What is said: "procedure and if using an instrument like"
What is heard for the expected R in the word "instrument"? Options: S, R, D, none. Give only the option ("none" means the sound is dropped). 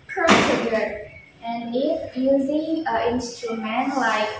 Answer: none